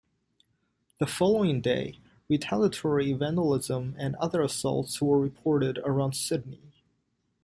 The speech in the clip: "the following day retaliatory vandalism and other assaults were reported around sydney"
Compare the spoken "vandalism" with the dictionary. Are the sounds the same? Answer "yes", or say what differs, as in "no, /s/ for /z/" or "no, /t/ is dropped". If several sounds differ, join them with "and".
yes